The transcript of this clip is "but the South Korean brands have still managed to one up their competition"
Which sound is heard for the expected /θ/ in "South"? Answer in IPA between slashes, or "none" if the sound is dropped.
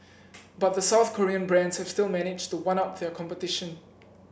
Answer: /θ/